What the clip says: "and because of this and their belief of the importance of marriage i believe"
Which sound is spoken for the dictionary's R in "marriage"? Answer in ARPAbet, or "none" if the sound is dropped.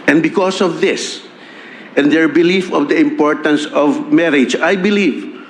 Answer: R